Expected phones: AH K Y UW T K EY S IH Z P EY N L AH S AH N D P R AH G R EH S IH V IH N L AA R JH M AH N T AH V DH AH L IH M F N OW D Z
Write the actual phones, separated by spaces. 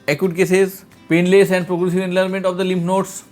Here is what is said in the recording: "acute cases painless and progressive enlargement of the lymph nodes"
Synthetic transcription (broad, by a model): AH K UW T K EY S IH Z P EY N L AH S AH N D P R AH G R EH S IH V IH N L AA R M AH N T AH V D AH L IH M P N OW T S